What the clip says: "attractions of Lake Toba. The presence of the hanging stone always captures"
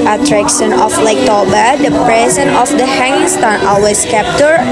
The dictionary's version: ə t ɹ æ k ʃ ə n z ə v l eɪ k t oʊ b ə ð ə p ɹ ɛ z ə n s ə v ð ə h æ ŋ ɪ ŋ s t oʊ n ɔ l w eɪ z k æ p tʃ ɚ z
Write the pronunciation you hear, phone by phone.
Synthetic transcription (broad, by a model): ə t ɹ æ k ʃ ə n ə f l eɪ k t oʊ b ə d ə p ɹ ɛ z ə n ə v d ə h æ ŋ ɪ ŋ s t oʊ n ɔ l w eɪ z k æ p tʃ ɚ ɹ